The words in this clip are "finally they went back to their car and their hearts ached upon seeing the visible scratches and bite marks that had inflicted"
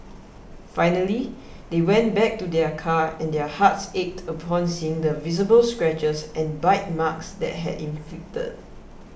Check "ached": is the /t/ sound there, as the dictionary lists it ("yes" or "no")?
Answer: yes